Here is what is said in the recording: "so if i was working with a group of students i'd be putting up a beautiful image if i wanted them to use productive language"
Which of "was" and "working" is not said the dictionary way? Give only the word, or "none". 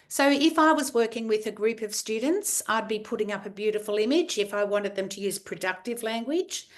none